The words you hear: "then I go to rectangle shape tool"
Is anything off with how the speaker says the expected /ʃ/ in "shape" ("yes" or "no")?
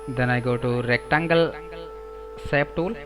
yes